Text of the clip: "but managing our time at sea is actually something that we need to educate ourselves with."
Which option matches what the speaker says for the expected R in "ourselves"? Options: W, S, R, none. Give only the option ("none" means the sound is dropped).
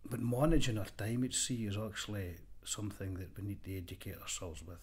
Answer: R